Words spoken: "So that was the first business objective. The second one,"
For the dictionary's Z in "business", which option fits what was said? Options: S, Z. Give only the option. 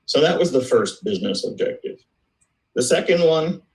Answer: Z